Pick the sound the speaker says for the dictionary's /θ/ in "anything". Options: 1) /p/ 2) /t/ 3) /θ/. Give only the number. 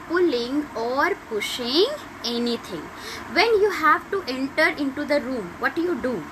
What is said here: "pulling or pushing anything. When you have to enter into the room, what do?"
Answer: 2